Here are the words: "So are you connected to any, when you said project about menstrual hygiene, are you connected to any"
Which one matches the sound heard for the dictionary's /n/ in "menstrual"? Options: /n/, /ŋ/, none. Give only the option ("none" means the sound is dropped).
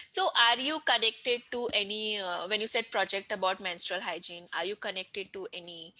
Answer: /n/